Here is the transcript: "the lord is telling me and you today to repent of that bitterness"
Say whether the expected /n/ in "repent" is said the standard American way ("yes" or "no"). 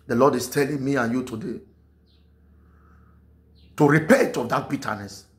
no